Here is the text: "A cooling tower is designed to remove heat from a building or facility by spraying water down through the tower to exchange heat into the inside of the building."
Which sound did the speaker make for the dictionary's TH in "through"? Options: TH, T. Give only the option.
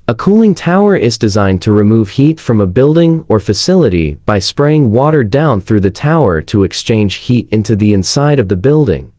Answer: TH